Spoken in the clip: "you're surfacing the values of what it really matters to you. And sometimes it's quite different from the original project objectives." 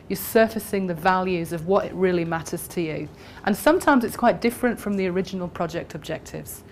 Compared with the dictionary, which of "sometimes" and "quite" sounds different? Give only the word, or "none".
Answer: none